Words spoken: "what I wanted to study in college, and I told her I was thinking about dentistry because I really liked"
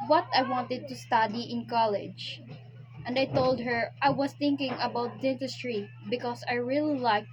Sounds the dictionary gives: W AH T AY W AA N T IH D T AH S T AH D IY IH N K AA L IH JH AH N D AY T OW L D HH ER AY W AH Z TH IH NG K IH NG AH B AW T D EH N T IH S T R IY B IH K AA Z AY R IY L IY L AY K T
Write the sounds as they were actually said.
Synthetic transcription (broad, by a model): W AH T AY W AA N T IH D T AH S T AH D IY IH N K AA L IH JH AH N D AY T OW L D HH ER AY W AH S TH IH NG K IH NG AH B AW T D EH N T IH S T R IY B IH K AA S AY R IY L IY L AY K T